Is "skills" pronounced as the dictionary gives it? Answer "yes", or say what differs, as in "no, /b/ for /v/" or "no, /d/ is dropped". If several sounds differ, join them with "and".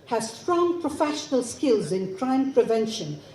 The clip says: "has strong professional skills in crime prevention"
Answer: yes